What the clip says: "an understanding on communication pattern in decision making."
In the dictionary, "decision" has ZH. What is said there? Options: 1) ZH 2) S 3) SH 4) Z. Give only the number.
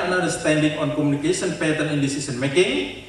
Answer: 2